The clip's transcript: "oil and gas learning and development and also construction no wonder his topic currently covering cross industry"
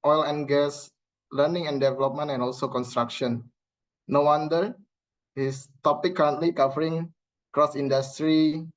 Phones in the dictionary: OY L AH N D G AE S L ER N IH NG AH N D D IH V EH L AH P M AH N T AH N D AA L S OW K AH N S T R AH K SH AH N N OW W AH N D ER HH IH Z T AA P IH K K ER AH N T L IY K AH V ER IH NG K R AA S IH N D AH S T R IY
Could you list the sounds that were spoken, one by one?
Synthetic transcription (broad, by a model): OY L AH N G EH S L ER N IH NG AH N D D IH V EH L AH P M AH N T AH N AA L S OW K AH N S T R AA K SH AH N N OW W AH N D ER HH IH S T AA P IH K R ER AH N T L IY K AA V ER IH NG K R AA S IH N D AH S T R IY